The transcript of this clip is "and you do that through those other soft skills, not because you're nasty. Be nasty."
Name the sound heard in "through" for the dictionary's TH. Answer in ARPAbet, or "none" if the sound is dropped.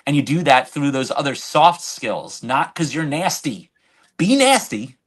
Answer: TH